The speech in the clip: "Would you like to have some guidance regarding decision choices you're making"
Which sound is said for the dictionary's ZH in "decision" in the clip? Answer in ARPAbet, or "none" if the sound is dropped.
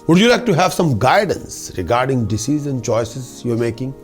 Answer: Z